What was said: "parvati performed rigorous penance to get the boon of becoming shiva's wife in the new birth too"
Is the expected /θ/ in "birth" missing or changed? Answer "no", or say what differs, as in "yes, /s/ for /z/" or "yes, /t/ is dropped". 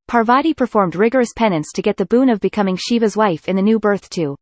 no